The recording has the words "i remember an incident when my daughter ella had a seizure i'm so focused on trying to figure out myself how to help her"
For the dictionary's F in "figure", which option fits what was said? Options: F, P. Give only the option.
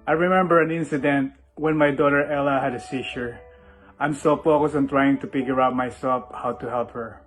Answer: P